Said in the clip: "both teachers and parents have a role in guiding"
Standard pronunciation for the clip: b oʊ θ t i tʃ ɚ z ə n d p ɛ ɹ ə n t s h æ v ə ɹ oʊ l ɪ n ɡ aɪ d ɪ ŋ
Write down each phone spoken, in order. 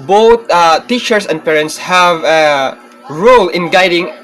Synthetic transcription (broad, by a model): b oʊ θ t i tʃ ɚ s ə n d p ɛ ɹ ə n t s h æ v ə ɹ oʊ l ɪ n ɡ aɪ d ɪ ŋ